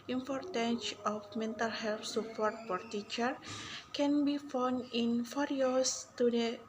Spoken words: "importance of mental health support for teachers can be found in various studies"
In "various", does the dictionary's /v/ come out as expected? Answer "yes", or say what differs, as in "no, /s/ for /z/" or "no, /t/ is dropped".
no, /f/ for /v/